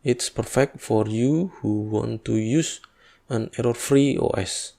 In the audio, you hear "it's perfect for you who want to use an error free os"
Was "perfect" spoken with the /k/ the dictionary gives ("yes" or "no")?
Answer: yes